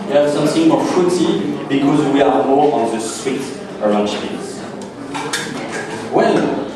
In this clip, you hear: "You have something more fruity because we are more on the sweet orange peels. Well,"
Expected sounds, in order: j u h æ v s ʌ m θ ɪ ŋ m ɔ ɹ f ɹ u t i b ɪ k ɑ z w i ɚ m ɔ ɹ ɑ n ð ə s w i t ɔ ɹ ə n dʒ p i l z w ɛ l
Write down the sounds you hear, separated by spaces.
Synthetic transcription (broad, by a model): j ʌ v s ʌ m θ ɪ ŋ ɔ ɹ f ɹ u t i b ɪ k ɑ z w i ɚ m ɔ ɹ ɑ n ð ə s w i t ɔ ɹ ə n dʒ f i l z w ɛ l